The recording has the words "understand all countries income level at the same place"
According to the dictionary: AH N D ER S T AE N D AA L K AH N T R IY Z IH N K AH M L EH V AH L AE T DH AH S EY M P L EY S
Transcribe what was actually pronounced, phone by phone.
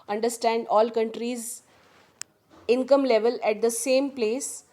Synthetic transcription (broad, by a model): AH N D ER S T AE N D AA L K AH N T R IY Z IH N K AH M L EH V AH L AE T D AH S EY M P L EY S